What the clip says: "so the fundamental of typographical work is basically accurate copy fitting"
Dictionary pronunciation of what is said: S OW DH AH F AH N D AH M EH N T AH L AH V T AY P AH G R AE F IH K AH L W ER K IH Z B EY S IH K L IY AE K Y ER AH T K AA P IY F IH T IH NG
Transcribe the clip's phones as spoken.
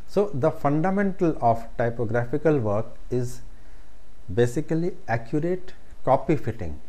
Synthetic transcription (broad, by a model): S OW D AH F AH N D AH M EH N T AH L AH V T AY P AH G R AE F IH K AH L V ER K IH Z B EY S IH K L IY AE K Y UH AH T K AA P IY F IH T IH NG